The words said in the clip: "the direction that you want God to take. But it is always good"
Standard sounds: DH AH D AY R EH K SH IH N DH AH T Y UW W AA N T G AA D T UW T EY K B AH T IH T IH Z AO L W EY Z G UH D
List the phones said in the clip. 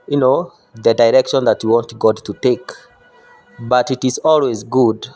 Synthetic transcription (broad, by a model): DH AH D AY R EH K SH IH N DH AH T Y UW W AA N T G AA D T UW T EY K B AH T IH T IH Z AO L W EY Z G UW D